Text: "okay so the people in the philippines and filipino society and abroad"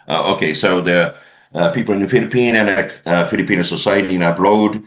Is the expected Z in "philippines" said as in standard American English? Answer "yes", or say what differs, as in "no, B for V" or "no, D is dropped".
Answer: no, Z is dropped